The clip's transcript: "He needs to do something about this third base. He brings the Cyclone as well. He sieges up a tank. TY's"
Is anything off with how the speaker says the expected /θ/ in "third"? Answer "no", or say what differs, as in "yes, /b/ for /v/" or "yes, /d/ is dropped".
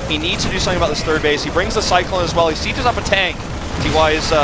no